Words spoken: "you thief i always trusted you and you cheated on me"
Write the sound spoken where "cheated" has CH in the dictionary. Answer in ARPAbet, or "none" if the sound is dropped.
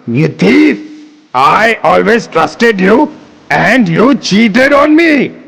CH